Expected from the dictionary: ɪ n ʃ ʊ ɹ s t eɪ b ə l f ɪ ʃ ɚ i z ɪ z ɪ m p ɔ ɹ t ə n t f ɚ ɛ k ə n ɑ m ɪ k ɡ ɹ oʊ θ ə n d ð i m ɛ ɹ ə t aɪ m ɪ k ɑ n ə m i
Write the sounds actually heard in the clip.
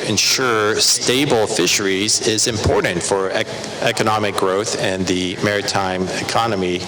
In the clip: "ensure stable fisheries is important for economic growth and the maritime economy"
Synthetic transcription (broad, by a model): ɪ n ʃ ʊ ɹ s t eɪ b l f ɪ ʃ ɚ i z ɪ z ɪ m p ɔ ɹ t n t f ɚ ɛ k ə n ɑ m ɪ k ɡ ɹ oʊ θ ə n ð i m ɛ ɹ ə t aɪ m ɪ k ɑ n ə m i